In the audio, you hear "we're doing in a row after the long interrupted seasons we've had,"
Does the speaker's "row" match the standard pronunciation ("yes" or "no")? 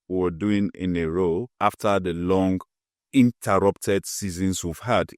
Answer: yes